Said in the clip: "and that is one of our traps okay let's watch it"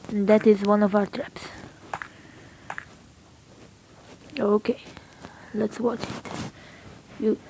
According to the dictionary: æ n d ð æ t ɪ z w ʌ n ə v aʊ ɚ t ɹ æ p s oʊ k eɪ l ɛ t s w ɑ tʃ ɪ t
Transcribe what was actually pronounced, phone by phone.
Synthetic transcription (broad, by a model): n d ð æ t ɪ z w ʌ n ə v aʊ ɚ t ɹ æ p s oʊ k eɪ l ɛ t s w ɑ tʃ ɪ t